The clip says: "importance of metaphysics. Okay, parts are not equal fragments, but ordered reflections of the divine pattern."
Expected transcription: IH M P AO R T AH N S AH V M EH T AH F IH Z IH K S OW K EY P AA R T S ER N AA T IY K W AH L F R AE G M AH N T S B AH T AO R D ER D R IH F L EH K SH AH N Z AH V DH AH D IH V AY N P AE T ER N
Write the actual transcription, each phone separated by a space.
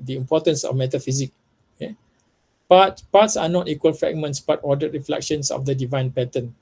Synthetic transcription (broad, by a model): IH M P AO T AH N S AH F M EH T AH F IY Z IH K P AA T P AA T S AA N AA T IY K W AH L F R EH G M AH N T S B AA T AO D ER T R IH F L EH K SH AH N S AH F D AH D IH V AY N P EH T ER N